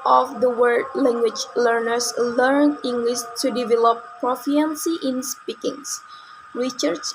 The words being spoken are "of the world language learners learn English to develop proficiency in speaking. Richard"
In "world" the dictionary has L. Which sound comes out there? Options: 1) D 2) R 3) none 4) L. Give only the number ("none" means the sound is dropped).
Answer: 3